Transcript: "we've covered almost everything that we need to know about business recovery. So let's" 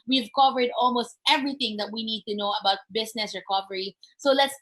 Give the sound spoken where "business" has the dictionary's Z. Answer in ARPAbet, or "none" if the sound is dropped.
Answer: S